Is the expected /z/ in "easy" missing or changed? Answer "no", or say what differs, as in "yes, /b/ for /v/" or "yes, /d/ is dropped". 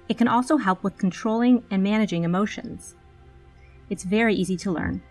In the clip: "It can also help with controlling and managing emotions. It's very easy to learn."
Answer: no